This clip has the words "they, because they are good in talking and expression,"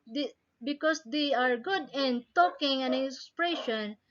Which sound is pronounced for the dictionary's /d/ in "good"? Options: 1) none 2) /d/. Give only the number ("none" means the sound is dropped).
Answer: 2